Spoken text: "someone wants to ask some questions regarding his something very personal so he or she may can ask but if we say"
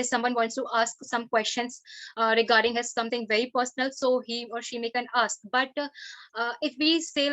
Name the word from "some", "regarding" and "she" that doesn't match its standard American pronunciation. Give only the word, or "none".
none